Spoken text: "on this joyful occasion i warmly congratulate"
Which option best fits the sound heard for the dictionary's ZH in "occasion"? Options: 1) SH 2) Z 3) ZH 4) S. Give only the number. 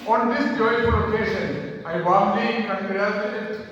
1